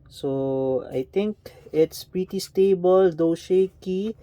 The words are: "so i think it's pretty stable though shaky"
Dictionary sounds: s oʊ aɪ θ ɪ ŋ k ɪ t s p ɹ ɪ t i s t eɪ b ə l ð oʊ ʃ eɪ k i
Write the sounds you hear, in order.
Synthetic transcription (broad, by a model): s oʊ aɪ t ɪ ŋ k ɪ t s p ɹ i t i s t eɪ b ə l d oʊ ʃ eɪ k i